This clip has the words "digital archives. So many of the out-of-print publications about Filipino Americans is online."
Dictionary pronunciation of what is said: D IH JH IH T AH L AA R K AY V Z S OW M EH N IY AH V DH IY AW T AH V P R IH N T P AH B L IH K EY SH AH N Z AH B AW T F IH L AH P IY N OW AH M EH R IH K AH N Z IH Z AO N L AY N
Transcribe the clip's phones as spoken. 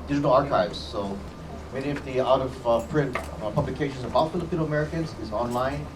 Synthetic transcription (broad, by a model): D IH JH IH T L AA R K AY V Z S OW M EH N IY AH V DH IY AW T AH V P R IH N T P AH B L IH K EY SH AH N Z AH B AW T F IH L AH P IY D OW AH M EH R IH K AH N Z IH Z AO N L AY N